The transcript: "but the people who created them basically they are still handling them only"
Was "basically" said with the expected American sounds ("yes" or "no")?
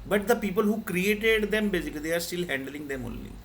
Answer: no